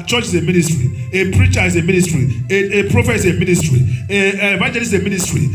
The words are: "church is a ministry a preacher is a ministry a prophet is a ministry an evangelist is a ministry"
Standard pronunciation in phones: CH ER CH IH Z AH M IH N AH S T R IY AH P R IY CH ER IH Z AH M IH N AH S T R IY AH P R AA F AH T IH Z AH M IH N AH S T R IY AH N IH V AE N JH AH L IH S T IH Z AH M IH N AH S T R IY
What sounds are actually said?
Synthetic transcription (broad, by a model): CH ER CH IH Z AH M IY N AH S T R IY AH P R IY CH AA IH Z AH M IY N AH S T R IY AH P R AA F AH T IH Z AH M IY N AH S T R IY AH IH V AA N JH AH L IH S IH M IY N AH S T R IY